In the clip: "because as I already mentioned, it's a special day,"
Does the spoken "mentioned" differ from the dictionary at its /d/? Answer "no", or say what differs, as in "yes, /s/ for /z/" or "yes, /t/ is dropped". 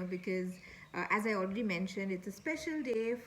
no